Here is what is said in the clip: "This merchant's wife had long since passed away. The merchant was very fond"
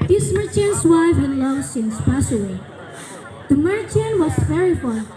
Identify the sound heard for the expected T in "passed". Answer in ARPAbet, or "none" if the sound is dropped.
none